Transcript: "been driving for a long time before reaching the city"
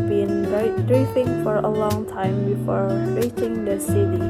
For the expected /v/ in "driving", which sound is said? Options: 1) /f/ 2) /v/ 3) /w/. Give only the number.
1